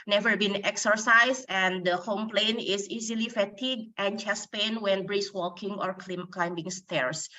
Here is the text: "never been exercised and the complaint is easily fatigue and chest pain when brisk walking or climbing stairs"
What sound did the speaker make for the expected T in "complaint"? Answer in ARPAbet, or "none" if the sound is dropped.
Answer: none